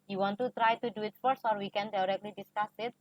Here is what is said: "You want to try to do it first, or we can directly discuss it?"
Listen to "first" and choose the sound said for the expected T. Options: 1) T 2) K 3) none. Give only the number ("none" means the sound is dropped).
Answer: 3